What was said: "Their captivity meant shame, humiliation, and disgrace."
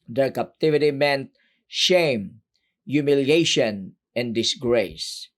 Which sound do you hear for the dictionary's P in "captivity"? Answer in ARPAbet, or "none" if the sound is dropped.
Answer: P